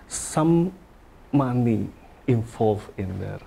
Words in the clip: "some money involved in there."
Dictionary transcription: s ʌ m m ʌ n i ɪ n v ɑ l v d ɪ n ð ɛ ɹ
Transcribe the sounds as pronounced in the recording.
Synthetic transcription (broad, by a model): s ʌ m m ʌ n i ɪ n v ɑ l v ɪ n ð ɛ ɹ